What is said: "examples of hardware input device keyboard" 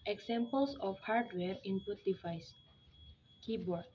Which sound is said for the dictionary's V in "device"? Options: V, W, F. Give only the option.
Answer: F